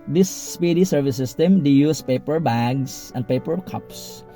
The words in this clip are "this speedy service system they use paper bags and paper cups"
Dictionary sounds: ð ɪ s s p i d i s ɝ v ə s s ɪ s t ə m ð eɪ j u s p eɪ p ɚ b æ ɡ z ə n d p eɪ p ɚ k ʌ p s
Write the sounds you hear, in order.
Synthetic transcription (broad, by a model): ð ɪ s s p i d i s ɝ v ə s s ɪ s t ə m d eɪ j u s p eɪ p ɚ b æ ɡ s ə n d p eɪ p ɚ k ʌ p s